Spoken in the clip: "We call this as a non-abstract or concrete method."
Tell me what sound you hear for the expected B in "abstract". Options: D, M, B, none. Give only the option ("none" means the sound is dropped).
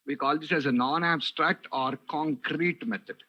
B